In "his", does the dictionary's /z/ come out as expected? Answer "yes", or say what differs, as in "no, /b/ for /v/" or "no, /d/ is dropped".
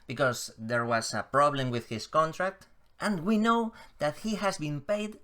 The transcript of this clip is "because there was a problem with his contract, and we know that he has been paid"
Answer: no, /s/ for /z/